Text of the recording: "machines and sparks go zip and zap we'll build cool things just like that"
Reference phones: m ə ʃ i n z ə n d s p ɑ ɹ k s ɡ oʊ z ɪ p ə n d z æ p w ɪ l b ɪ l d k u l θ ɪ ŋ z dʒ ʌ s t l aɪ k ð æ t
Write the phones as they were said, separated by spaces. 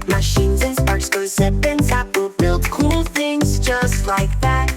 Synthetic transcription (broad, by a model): m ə ʃ i n z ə n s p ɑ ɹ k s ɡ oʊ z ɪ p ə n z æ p w ɪ l b ɪ l d k u l θ ɪ ŋ z dʒ ʌ s t l aɪ k ð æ t